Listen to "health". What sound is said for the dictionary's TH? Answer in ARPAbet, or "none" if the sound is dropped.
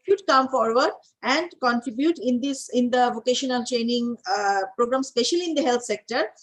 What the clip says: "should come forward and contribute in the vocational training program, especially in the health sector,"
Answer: T